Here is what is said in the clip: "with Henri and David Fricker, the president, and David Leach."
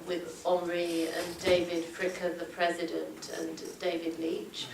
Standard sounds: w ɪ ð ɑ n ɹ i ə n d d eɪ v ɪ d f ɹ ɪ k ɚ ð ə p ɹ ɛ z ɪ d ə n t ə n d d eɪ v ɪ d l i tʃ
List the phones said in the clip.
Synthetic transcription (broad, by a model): w ɪ ð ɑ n ɹ i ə n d d eɪ v ɪ d f ɹ ɪ k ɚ ð ə p ɹ ɛ z ɪ d ə n t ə n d d eɪ v ɪ d l i tʃ